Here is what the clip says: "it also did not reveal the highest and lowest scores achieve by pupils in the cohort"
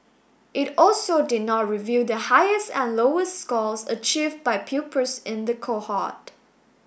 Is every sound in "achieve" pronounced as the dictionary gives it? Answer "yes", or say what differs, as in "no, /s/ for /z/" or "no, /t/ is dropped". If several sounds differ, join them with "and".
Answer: yes